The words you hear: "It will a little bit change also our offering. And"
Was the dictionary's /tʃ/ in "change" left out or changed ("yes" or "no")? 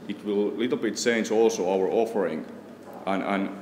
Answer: yes